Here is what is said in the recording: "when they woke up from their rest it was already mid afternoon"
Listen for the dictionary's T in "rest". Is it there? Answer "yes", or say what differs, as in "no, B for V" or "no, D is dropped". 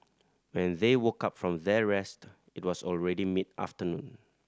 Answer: yes